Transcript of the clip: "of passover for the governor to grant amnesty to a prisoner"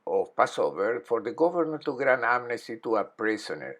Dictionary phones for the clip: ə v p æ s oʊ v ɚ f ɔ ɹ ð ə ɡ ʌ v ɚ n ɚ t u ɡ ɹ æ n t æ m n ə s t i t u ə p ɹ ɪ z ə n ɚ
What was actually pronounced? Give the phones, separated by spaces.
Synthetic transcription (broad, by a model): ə p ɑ s oʊ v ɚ f ɔ ɹ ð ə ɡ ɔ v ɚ n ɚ t u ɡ ɹ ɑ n ɑ m n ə s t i t u ə p ɹ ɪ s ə n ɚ